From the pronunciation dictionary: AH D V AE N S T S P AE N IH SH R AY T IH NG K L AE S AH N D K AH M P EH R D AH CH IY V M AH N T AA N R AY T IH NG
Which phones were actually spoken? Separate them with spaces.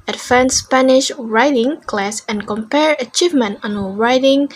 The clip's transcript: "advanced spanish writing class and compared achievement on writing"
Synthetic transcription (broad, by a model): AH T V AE N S S P AE N IH SH R AY T IH NG K L AE S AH N K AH M P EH R AH CH IY V M AH N T AA N R AY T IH NG